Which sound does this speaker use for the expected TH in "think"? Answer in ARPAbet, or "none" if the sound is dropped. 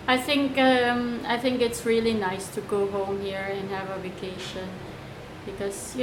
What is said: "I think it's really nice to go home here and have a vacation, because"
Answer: TH